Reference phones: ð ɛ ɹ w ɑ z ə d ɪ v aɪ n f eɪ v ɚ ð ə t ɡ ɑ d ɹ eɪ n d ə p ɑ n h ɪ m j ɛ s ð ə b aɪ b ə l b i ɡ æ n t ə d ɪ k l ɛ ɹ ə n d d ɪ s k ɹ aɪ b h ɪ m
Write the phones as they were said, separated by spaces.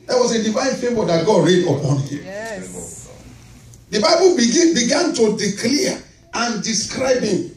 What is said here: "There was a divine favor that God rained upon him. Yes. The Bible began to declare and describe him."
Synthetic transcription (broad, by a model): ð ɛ w ɑ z ə d ɪ v aɪ n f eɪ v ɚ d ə t ɡ ɑ d ɹ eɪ d ə p ɑ n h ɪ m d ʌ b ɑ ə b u b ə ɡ b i ɡ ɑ n t ə d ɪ k l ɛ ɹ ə n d d ɪ s k ɹ aɪ b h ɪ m